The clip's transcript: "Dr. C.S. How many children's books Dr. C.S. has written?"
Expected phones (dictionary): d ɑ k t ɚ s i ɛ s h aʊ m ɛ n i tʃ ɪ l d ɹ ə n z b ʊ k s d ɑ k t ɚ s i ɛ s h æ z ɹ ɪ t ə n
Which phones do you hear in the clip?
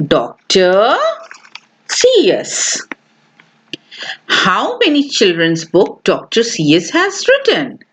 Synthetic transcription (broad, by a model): d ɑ k t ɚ s i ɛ s h aʊ m ɛ n i tʃ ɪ l d ɹ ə n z b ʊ k d ɑ k t ɚ s i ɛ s h æ z ɹ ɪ t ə n